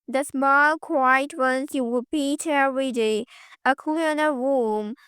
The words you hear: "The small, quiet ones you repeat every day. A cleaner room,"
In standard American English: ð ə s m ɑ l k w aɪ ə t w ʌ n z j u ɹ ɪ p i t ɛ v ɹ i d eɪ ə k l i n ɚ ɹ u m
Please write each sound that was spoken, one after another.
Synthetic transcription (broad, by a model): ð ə s m ɑ l k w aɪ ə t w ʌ n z j u w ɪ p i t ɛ ɹ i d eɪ ə k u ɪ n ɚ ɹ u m